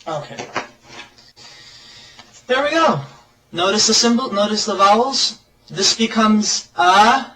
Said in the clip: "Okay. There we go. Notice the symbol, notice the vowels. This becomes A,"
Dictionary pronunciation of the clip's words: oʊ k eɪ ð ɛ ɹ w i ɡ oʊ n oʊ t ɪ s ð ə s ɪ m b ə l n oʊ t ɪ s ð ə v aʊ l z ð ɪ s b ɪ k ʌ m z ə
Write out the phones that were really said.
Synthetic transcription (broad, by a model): oʊ k eɪ ð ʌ ɹ w i ɡ oʊ n oʊ t ɪ s ð ə s ɪ m b l n oʊ t ɪ s ð ə v aʊ l z ð ɪ s b ɪ k ʌ m z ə